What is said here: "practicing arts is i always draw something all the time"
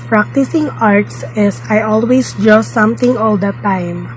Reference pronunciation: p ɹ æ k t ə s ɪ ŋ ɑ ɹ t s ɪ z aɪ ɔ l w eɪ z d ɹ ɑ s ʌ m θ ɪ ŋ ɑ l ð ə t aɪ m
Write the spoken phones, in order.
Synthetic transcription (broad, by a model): p ɹ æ k t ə s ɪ ŋ ɑ ɹ t s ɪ s aɪ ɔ l w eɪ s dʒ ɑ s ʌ m t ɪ ŋ ɑ l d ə t aɪ m